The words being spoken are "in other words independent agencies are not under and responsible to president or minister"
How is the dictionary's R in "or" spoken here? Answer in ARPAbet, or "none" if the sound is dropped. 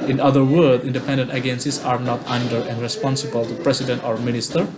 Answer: R